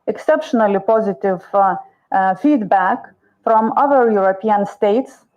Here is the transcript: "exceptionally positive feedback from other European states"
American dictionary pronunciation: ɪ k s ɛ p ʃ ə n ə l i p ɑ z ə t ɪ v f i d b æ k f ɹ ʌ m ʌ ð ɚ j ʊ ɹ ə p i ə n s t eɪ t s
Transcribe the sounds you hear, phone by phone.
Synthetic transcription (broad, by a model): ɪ k s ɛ p ʃ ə n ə l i p ɑ z ə t ɪ v f i d b æ k f ɹ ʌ m ʌ ð ɚ j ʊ ɹ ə p i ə n s t eɪ t s